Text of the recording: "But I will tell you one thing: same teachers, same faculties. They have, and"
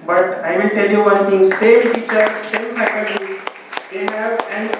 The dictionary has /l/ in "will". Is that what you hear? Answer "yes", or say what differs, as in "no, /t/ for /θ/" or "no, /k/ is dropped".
no, /n/ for /l/